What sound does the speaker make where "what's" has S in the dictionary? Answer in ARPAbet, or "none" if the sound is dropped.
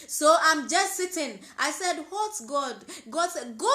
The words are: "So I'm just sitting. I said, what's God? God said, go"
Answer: none